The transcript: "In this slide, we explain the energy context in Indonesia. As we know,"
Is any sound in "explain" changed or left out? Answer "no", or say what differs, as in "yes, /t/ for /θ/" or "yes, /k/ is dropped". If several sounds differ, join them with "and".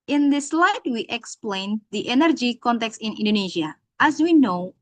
no